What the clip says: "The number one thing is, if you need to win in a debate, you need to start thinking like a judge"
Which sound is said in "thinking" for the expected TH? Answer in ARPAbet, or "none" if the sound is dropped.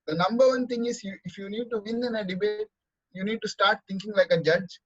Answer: T